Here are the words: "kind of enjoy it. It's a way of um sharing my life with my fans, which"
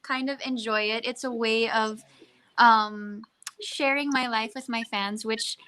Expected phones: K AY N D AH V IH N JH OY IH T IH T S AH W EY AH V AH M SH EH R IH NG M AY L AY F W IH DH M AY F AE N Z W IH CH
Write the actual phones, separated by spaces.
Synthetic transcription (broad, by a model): K AY N D AH V IH N JH OY IH T IH T S AH W EY AH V AH M SH EH R IH NG M AY L AY F W IH DH M AY F AE N Z W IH CH